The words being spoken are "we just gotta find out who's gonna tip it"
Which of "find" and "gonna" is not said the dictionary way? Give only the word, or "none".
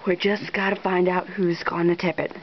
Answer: none